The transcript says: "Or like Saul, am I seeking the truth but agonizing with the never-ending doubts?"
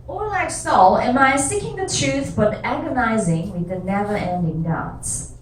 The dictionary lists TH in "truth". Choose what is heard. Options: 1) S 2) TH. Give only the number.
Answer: 2